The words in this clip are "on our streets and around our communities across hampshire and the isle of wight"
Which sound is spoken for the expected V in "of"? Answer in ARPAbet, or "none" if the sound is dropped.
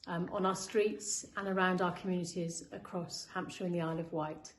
V